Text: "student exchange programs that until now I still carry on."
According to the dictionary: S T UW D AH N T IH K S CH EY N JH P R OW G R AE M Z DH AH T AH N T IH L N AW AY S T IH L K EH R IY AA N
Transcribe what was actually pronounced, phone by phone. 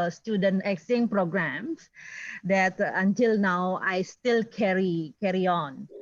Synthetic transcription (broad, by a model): S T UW D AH N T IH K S EY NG P R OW G R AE M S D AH T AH N T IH L N AW AY S T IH L K EH R IY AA N